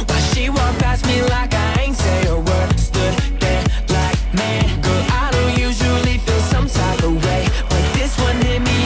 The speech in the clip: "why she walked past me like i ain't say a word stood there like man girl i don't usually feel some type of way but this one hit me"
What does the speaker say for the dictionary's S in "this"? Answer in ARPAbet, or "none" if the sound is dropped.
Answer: S